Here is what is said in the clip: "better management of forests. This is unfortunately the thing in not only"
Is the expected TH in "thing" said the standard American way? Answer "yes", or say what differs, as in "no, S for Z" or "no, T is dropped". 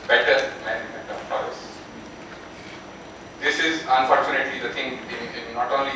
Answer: no, T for TH